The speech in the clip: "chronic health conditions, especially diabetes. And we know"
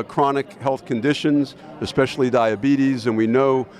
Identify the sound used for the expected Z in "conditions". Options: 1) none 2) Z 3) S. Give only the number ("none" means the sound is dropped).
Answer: 2